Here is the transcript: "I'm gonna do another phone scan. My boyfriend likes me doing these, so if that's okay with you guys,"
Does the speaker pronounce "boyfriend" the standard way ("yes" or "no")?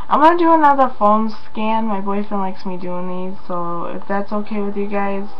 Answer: no